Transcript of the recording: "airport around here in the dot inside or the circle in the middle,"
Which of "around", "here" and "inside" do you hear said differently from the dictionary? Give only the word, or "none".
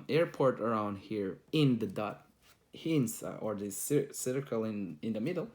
inside